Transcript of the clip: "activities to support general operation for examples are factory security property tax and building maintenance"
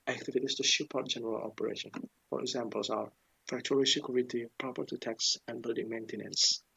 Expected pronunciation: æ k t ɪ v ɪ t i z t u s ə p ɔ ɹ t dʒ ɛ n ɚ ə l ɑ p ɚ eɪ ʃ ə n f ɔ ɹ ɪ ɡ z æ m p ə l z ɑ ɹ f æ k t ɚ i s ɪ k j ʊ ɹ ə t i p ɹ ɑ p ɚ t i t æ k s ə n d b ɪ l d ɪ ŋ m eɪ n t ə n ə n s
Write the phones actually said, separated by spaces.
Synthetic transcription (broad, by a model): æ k t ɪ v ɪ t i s t u ʃ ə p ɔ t dʒ ɛ n ɚ ə l ɑ p ɚ eɪ ʃ ə n f ɔ ɹ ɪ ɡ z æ m p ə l s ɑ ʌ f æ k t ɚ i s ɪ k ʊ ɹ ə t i p ɹ ɑ p ɚ t i t æ k s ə n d b ɪ l d ɪ ŋ m eɪ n t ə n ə n s